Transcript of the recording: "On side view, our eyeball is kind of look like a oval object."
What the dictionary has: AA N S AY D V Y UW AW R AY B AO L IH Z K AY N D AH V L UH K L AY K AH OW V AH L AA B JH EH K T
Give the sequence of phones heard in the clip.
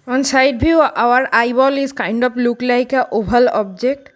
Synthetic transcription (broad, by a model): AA N S AY D B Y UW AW R AY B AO L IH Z K AY N D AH P L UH K L AY K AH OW B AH L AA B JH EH K T